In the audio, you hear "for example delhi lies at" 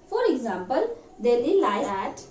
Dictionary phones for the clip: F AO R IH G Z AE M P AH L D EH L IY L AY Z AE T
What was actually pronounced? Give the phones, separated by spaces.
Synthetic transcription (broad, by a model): F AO R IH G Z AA M P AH L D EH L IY L AY AE T